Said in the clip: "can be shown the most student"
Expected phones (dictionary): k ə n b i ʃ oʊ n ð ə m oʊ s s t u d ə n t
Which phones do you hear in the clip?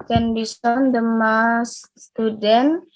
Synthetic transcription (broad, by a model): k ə n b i s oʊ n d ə m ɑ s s t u d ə n